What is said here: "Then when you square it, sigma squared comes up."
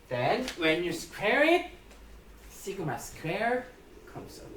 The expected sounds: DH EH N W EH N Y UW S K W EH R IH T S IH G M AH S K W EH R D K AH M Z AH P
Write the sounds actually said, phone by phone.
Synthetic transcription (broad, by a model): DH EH N W EH N Y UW S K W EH R IH T S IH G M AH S K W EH R K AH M S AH